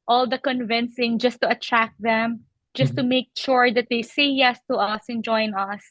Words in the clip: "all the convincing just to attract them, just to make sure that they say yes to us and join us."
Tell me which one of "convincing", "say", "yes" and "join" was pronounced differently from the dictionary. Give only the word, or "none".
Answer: none